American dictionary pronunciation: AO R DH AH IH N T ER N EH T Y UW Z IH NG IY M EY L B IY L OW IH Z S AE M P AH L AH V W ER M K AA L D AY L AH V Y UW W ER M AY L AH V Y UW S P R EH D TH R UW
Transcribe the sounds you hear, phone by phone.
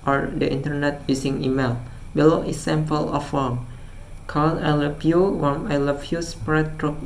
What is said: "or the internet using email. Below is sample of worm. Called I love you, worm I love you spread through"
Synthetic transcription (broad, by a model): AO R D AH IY N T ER N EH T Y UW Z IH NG IY M EY L B IY L OW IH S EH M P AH L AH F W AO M K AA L AY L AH B Y UW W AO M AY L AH F Y UW S P R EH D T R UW